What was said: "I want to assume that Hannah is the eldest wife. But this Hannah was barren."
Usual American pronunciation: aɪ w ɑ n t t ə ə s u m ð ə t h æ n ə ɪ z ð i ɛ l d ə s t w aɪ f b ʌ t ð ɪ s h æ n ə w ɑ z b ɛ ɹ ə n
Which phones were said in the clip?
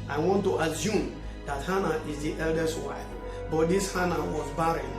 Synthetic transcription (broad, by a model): aɪ w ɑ n t t ə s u m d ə t h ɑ n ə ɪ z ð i ɛ l d ə s t w aɪ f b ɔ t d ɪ s h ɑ n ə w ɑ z b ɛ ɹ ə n